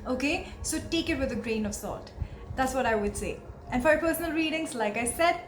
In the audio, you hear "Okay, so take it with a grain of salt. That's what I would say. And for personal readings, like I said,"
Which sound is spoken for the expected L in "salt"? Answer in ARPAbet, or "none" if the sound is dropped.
none